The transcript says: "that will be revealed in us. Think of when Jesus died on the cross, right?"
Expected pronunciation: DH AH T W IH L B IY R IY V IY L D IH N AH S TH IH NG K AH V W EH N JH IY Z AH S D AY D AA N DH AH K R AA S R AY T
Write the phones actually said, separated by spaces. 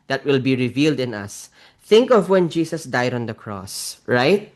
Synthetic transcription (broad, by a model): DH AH T W IH L B IY R IY V IY L D IH N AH S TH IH NG K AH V W EH N JH IY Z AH S D AY D AA N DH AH K R AA S R AY T